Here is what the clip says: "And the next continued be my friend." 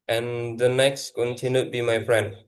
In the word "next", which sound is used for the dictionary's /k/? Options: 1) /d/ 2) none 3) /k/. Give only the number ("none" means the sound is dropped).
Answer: 3